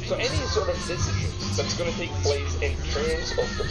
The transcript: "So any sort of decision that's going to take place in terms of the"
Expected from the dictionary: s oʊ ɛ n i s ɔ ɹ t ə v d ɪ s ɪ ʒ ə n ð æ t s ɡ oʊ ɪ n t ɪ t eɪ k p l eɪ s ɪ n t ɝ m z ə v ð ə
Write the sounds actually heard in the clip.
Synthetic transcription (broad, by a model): s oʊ ɛ n i s ɔ ɹ t ə v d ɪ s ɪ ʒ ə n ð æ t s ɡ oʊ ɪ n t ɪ t eɪ k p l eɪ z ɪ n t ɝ z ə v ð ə